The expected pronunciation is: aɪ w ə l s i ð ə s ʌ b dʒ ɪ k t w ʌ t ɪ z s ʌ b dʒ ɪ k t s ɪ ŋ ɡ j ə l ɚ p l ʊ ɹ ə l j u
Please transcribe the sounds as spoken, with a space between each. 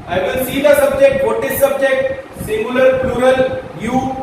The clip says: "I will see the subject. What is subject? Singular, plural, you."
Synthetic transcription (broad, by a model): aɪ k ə n s i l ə s ʌ b dʒ ɪ k t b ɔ t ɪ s s ʌ b dʒ ɪ k t s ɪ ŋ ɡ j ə l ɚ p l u ɹ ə l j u